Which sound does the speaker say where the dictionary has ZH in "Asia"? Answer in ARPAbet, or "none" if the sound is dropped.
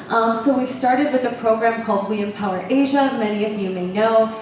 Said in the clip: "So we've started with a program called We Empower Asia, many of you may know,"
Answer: ZH